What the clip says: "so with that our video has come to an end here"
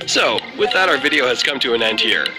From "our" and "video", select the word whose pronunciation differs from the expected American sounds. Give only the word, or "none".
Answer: none